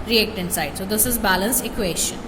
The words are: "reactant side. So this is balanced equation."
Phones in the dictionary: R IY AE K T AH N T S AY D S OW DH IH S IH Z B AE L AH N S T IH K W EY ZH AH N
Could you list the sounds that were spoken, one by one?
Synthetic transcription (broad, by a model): R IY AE K T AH N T S AY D S OW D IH S IH Z B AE L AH N S IH K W EY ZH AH N